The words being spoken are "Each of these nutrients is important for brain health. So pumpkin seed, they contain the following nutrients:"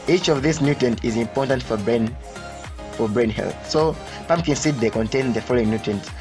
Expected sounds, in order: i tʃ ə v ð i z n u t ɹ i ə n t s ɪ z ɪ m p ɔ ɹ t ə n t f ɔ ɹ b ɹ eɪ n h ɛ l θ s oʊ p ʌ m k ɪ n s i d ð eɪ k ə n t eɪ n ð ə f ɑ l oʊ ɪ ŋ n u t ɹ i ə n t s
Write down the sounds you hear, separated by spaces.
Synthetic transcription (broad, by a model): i tʃ ə v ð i s n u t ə n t ɪ z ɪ m p ɔ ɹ t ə n t f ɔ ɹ b ɹ eɪ n h ɛ l θ s oʊ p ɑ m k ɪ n s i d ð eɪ k ə n t eɪ n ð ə f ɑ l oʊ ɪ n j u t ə n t